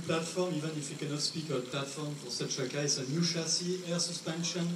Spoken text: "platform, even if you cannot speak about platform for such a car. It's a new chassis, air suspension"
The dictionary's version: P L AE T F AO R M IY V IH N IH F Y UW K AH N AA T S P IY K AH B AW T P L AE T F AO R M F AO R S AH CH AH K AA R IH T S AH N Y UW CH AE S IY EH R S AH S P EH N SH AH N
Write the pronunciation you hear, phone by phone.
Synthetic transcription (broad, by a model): P L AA T F AO R M IY V IH N IH F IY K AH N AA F S P IY K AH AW P L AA T F AO R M P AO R S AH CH AH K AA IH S AH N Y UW SH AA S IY EH R S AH S P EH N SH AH N